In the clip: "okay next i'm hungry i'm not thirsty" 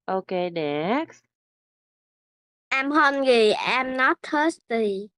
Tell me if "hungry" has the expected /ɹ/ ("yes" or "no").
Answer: no